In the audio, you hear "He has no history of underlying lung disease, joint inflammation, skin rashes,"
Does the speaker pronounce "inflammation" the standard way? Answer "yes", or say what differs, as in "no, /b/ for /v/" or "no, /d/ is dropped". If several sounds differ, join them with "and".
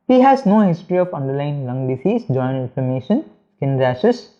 no, /l/ is dropped